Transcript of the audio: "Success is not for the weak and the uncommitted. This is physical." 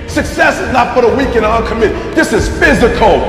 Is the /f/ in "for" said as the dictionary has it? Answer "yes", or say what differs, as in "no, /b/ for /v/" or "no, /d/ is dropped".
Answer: no, /p/ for /f/